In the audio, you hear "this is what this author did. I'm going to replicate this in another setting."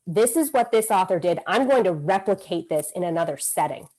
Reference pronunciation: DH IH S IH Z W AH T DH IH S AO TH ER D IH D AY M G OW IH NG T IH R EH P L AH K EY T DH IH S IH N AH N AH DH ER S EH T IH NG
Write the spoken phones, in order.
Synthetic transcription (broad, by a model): DH IH S IH Z W AH T DH IH S AO TH ER D IH D AY M G OW IH NG T IH R EH P L AH K EY T DH IH S IH N AH N AH DH ER S EH T IH NG